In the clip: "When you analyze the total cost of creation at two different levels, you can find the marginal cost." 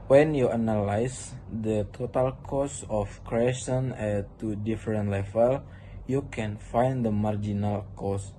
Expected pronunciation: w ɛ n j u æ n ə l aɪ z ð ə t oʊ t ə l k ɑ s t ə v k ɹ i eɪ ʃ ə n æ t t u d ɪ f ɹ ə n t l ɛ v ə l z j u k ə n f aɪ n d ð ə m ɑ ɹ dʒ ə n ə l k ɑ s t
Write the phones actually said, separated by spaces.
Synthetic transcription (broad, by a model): w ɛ n j u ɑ n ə l aɪ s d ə t oʊ t ə l k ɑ s ə f k ɹ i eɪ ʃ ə n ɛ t t u d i f ɹ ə n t l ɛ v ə l j u k ə n f aɪ n d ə m ɑ ɹ dʒ ə n ə l k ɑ s